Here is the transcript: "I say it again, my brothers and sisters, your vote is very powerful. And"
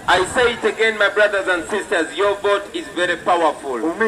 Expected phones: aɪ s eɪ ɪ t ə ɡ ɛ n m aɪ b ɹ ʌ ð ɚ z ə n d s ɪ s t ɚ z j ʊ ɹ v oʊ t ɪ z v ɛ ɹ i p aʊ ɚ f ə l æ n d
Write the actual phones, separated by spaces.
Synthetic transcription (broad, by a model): aɪ s eɪ ɪ t ə ɡ ɛ n m aɪ b ɹ ʌ ð ɚ z ə n d s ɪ s t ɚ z j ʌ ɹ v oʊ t ɪ z v ɛ ɹ i p aʊ ɚ f ə l